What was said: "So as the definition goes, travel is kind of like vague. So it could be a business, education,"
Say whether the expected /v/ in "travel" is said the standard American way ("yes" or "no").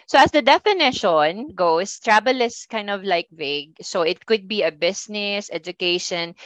no